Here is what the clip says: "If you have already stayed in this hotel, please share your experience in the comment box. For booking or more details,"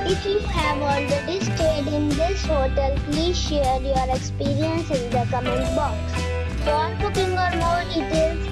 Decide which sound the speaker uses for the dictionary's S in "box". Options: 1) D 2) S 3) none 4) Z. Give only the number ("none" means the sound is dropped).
2